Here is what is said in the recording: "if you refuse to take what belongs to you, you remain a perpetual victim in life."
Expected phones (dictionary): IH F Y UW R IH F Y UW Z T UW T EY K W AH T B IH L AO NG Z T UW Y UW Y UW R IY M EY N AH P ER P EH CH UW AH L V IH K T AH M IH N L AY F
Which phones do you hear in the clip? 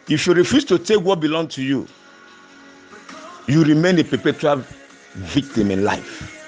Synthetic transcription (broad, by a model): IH F Y UW R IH F Y UW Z T UW T EY K W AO T B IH L AO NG T UW Y UW Y UW R IY M EY N AH P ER P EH CH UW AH L V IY K T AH M IH N L AY F